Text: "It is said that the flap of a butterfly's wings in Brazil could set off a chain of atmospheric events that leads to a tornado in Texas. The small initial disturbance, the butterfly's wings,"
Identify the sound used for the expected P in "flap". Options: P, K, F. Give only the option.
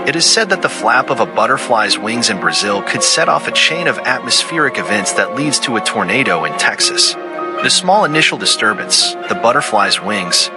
P